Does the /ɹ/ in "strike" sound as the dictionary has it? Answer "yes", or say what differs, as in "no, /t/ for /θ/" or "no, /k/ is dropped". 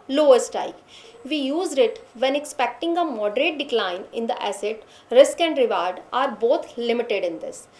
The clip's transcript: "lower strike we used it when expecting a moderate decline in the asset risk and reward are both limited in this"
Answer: no, /ɹ/ is dropped